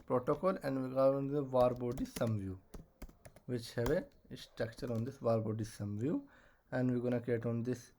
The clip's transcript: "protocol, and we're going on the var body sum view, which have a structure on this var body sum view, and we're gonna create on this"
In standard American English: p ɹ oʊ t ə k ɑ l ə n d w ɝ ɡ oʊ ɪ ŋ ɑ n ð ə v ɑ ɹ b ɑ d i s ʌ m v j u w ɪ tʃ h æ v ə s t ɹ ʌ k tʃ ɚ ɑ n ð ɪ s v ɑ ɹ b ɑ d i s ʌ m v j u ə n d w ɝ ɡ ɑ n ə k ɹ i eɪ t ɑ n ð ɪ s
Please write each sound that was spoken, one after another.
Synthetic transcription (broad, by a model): p ɹ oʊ t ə k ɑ l ə n d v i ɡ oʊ ɑ n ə v ɑ ɹ b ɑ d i s ʌ m v j u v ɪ tʃ h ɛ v ə s t ɹ ʌ k tʃ ɚ ɑ n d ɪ s v ɑ ɹ b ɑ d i s ʌ m v j u ə n d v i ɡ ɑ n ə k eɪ t ɑ n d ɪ s